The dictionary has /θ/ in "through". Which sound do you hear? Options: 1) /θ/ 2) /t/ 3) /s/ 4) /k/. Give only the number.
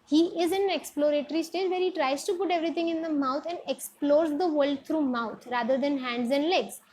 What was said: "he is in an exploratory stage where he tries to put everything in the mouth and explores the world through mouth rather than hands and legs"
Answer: 2